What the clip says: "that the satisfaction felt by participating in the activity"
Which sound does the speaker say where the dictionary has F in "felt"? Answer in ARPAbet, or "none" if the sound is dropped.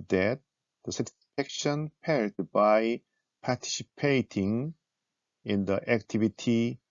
P